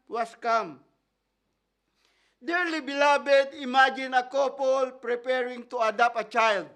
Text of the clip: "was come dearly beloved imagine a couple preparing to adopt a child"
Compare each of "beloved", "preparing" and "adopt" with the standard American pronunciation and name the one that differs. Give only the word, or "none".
beloved